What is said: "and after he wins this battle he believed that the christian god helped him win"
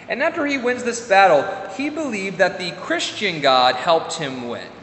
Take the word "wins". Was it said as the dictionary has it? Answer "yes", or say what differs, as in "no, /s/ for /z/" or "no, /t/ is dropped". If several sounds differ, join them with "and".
yes